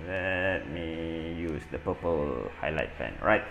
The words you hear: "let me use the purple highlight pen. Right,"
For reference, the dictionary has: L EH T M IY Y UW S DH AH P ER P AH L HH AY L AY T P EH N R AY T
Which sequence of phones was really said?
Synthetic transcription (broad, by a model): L EH T M IY Y UW S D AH P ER P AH L HH AY L AY T F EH N R AY T